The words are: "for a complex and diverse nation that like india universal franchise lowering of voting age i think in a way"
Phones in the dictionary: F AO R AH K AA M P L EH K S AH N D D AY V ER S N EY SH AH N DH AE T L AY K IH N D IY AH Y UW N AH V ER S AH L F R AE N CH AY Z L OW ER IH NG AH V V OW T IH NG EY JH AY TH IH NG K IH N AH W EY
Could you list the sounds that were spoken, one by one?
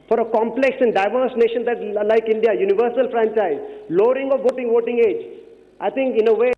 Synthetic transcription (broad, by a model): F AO R AH K AA M P L EH K S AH N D D AY V ER S N EY SH AH N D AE T L AY K IH N D IY AH Y UW N AH V ER S AH L F R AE N CH AY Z L OW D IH NG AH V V OW T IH NG EY JH AY T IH NG K IH N AH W EY